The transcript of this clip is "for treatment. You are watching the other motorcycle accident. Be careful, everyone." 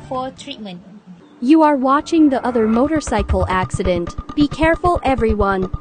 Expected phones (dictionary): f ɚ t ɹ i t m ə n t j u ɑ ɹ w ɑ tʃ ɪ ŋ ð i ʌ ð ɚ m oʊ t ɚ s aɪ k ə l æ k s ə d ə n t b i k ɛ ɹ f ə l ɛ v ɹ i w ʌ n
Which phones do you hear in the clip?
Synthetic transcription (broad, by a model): f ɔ t ɹ i t m ə n t j u ɑ ɹ w ɑ tʃ ɪ ŋ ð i ʌ ð ɚ m oʊ t ɚ s aɪ k ə l æ k s ə d ə n t b i k ɛ ɹ f ə l ɛ v ɹ i w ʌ n